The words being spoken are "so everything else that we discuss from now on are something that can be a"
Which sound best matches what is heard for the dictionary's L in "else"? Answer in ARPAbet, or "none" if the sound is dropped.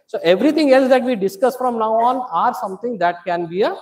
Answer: L